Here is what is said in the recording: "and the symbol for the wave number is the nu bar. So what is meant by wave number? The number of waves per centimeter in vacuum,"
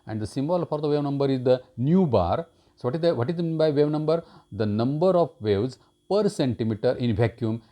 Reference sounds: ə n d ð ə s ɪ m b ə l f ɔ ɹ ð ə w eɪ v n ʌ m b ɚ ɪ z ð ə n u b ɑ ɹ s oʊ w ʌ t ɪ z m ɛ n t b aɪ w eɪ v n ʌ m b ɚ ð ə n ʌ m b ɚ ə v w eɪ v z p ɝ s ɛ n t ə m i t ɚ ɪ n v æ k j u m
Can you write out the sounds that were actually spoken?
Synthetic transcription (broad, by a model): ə n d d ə s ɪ m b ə l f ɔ ɹ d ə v eɪ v n ʌ m b ɚ ɪ z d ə n u b ɑ ɹ s oʊ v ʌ t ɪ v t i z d b aɪ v eɪ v n ʌ m b ɚ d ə n ʌ m b ɚ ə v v eɪ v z p ɝ s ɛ n t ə m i t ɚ ɪ n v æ k j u m